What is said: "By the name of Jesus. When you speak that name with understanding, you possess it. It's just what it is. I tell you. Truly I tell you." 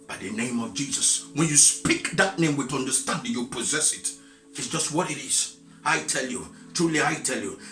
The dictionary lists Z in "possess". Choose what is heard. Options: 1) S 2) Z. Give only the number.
2